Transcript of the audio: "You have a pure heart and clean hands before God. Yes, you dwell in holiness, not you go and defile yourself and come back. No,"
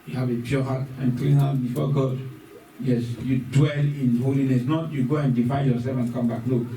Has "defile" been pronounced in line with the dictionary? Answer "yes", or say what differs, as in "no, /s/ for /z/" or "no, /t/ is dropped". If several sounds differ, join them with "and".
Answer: no, /n/ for /l/